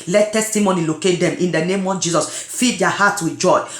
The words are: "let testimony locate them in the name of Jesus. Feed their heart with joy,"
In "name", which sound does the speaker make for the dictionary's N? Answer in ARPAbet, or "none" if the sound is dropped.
N